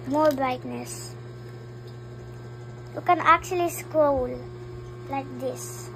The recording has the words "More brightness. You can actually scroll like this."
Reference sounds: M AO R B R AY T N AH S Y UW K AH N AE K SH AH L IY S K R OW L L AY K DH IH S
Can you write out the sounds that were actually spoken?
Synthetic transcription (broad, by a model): M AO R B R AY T N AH S Y UW K AH N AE K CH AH L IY S K OW L L AY K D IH S